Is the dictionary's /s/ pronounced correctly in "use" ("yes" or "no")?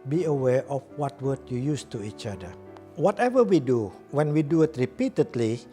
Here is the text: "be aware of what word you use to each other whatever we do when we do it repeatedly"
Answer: yes